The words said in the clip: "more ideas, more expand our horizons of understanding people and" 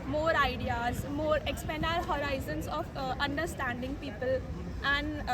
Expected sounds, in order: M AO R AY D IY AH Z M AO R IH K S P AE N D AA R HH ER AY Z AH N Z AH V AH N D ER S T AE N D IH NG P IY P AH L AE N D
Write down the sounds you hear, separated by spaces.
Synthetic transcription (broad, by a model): M AO R AY D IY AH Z M AO R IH K S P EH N AA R HH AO AY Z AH N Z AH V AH N D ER S T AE N D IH NG P IY P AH L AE N D